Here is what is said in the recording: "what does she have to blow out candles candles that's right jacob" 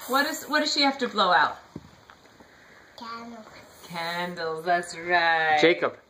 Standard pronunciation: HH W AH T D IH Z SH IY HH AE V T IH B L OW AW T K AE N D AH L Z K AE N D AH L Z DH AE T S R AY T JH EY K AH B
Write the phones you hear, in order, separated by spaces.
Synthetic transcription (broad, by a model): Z W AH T D IH Z SH IY HH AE F T IH B L OW AW T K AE N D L K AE N D L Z DH AE T S R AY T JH EY K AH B